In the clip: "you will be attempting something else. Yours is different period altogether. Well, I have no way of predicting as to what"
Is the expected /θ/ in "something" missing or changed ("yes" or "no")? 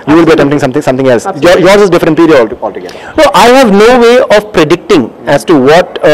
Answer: yes